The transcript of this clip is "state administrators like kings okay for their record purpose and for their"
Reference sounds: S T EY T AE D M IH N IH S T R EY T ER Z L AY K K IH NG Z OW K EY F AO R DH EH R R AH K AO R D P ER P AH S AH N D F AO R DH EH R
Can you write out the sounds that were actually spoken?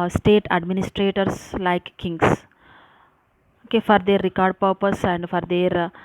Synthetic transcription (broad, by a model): S T EY T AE D M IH N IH S T R EY T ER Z L AY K K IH NG S OW K EY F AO R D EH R R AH K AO R D P ER P AH S AH N D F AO R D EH R